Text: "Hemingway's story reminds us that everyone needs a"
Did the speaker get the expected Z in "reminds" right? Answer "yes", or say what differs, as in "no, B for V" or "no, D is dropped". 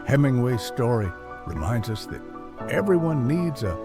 yes